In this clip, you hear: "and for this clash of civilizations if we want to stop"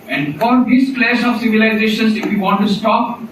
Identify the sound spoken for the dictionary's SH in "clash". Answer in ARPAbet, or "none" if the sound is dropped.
S